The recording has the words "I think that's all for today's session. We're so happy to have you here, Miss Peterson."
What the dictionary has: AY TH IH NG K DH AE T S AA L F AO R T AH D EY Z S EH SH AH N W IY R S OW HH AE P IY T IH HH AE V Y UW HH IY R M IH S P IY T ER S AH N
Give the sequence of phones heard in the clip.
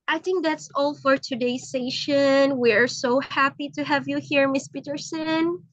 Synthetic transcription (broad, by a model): AY TH IH NG K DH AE T S AA L F AO R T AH D EY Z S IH SH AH N W IY R S OW HH AE P IY T IH HH AE V Y UW HH IY R M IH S P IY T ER S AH N